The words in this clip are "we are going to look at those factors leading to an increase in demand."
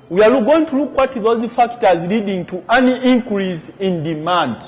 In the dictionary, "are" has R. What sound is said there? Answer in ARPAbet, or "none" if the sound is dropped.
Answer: L